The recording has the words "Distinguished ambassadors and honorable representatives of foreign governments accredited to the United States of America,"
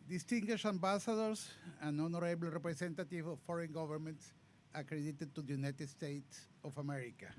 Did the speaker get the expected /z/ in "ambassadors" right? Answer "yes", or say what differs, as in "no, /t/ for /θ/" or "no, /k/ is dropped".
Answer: no, /s/ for /z/